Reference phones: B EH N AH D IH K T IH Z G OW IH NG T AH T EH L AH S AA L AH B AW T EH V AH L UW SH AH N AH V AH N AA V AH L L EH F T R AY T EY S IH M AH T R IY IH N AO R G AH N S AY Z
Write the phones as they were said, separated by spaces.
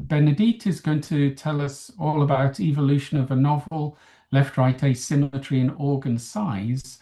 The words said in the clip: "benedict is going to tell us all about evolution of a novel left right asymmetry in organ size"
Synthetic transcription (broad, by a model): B EH N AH D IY T IH Z G OW IH NG T AH T EH L AH S AA L AH B AW T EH V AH L UW SH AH N AH V AH N AA V AH L L EH F T R AY T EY S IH M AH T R IY IH N AO G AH N S AY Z